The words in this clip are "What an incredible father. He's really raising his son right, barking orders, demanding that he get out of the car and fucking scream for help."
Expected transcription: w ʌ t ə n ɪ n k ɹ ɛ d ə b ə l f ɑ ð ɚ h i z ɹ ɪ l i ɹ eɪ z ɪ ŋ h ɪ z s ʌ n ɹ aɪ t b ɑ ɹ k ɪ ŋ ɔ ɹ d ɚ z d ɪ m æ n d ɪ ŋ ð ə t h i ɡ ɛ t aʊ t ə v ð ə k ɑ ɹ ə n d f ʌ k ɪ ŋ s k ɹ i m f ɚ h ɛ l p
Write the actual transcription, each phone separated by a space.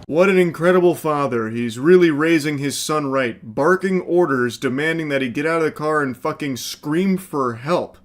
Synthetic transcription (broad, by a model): w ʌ t ə n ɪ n k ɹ ɛ d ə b l f ɑ ð ɚ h i z ɹ ɪ l i ɹ eɪ z ɪ ŋ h ɪ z s ʌ n ɹ aɪ t b ɑ ɹ k ɪ ŋ ɔ ɹ d ɚ z d ɪ m æ n d ɪ ŋ ð ə t h i ɡ ɛ t aʊ t ə v ð ə k ɑ ɹ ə n f ʌ k ɪ ŋ s k ɹ i m f ɚ h ɛ l p